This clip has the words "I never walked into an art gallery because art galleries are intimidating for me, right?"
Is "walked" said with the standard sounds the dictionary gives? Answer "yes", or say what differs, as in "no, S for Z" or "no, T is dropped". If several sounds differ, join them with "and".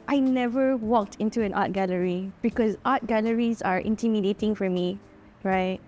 yes